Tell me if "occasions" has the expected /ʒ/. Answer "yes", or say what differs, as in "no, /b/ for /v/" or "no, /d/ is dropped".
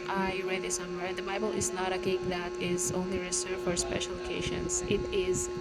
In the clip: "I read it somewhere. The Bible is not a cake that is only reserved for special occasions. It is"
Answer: no, /ʃ/ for /ʒ/